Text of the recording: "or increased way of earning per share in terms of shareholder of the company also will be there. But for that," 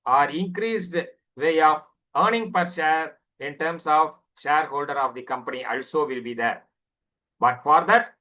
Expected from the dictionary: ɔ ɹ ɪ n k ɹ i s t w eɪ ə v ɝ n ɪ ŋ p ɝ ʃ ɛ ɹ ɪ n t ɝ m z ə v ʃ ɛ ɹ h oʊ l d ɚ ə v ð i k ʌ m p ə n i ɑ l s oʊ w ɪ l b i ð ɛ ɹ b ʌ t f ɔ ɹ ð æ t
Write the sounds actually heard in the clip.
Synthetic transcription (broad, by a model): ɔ ɹ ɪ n k ɹ i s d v eɪ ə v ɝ n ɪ ŋ p ɝ ʃ ɛ ɹ ɪ n t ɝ m s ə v ʃ ɛ ɹ h oʊ l d ɚ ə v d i k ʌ m p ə n i ɑ l s oʊ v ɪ l b i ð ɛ ɹ b ʌ t f ɔ ɹ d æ t